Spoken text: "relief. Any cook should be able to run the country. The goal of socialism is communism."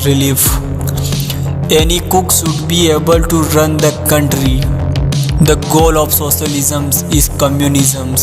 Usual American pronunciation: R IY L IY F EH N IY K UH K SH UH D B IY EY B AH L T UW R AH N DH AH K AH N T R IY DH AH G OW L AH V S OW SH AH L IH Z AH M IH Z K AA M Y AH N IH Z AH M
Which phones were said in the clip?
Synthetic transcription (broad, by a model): R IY L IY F EH N IY K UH K S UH D B IY EY B AH L T UW R AH N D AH K AH N T R IY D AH G OW L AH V S OW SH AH L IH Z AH M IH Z K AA M Y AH N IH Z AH M